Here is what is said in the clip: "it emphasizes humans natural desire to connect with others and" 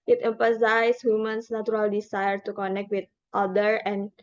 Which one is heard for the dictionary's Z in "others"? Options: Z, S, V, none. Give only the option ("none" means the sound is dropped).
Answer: none